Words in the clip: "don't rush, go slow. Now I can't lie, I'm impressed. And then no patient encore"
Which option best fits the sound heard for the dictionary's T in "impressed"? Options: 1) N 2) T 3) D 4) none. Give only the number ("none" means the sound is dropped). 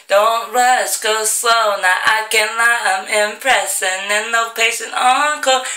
4